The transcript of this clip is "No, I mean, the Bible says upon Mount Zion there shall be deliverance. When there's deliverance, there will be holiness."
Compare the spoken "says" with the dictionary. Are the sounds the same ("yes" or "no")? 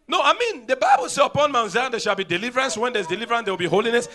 no